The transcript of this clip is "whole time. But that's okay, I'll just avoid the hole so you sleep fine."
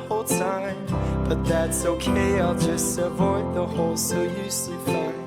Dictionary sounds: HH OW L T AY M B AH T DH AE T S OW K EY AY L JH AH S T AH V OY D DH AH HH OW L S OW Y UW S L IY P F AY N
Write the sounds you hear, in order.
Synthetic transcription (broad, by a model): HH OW L T AY M B AH T DH AE T S OW K EY AY L JH AH S T AH V OY D DH AH HH OW L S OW Y UW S IY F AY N